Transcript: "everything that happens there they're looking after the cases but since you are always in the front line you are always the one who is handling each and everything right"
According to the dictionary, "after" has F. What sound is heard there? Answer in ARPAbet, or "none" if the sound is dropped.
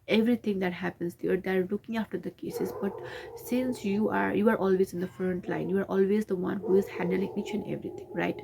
F